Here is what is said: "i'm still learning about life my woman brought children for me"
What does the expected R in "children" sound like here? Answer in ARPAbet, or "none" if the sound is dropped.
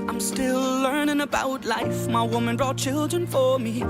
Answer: R